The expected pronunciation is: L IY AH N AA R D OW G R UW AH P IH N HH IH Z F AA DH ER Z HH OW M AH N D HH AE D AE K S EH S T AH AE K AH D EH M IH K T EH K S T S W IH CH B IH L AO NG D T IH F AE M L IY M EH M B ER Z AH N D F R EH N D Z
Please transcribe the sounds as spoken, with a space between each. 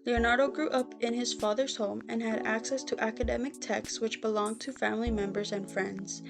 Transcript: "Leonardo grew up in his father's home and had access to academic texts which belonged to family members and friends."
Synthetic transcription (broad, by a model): L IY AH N AA R D OW G R UW AH P IH N IH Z F AA DH ER Z HH OW M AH N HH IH D AE K S EH S T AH AE K AH D EH M IH K T EH K S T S W IH CH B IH L AO NG T IH F AE M L IY M EH M B ER Z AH N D F R EH N D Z